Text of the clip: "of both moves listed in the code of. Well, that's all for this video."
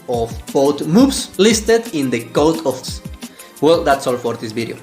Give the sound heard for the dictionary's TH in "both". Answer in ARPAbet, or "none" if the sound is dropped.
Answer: T